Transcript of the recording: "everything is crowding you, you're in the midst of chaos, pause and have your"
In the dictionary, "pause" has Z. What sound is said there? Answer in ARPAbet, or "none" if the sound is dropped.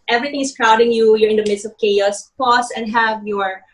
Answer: S